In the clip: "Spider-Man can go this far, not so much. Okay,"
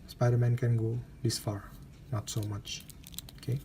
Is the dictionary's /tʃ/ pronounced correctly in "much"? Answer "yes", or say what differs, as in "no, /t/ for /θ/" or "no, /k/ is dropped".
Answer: yes